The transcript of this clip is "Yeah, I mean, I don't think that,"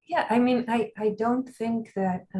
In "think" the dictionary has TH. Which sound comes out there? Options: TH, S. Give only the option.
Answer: TH